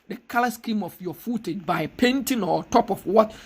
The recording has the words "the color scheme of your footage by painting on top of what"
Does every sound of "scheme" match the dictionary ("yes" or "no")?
yes